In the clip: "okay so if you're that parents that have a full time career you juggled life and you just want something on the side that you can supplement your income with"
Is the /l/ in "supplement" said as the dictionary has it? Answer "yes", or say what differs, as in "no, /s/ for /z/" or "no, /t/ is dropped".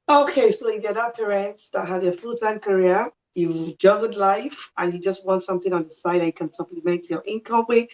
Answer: no, /l/ is dropped